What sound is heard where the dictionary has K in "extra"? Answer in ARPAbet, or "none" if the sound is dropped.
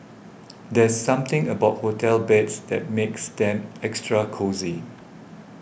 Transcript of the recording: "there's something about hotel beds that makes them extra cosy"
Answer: K